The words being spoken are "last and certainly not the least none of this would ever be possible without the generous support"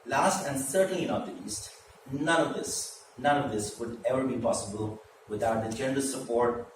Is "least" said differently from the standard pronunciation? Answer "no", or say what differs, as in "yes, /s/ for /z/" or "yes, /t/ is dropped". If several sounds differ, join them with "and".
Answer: yes, /n/ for /l/